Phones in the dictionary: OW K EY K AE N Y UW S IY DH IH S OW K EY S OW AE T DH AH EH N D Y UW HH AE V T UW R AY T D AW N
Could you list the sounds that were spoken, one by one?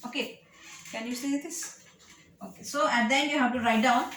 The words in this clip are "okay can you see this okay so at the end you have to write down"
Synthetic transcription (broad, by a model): OW K EY K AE N Y UW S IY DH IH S OW K EY S OW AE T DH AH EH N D Y UW HH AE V T UW R AY T D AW N